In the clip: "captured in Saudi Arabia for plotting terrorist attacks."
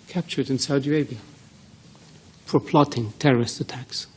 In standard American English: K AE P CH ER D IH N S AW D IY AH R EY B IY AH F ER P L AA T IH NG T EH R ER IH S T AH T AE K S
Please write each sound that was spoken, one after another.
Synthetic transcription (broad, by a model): K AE P CH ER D IH N S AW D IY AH IH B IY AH F ER P L AA T IH NG T EH R ER IH S T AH T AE K S